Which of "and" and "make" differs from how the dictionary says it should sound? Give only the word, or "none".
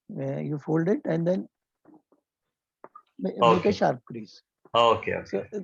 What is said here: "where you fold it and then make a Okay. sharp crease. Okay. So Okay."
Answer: make